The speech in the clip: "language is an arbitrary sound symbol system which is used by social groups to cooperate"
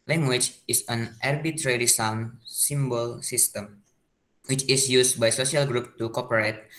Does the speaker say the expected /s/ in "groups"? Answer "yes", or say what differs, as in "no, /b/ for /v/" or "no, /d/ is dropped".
no, /s/ is dropped